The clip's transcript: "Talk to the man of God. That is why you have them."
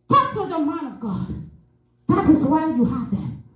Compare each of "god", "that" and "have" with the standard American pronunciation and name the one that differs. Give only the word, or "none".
none